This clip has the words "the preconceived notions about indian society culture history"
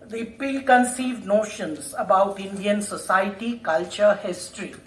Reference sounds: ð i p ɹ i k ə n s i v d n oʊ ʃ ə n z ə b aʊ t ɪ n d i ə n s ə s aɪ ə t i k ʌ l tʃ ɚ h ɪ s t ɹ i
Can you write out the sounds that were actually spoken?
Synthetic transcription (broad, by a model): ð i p i k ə n s i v d n oʊ ʃ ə n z ə b aʊ t ɪ n d i ə n s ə s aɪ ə t i k ʌ l tʃ ɚ h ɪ s t ɹ i